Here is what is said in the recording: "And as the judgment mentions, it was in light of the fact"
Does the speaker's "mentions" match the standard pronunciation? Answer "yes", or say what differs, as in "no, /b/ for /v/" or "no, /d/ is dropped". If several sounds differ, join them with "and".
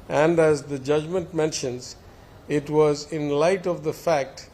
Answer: yes